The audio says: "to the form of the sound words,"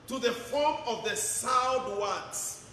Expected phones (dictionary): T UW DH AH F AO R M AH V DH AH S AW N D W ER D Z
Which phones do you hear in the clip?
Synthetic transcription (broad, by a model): T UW DH AH F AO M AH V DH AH S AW D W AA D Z